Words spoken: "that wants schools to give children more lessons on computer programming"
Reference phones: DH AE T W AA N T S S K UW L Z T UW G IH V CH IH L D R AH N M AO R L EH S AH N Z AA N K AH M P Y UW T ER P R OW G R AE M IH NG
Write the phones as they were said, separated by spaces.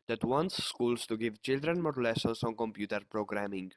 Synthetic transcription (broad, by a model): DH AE T W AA N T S S K UW L S T UW G IH V CH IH L D R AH N M AO R L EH S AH N S AA N K AH M P Y UW T ER P R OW G R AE M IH NG